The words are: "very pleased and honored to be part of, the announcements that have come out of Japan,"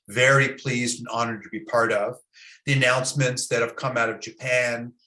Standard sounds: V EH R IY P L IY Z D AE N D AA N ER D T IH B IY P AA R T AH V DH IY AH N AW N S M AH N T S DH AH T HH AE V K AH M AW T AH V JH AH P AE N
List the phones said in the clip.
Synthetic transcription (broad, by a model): V EH R IY P L IY Z D N AA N ER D T IH B IY P AA R T AH V DH IY AH N AW N S M AH N T S DH AH T HH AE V K AH M AW T AH V JH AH P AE N